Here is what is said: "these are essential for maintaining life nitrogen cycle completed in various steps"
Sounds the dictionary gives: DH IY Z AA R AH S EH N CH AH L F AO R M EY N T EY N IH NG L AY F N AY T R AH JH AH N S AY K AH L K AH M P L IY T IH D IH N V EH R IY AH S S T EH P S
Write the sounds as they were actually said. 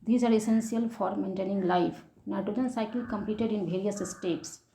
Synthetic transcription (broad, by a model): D IY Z AA R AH S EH N S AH L F AO R M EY N T EY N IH NG L AY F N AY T AH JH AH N S AY K AH L K AH M P L IY T IH D IH N V EH R IY AH S S T EH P S